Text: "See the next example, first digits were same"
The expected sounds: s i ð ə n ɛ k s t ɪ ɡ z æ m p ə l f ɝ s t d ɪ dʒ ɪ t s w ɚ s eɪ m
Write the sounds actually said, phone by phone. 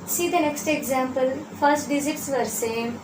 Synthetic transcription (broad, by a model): s i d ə n ɛ k s t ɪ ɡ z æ m p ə l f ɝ s t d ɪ z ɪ t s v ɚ s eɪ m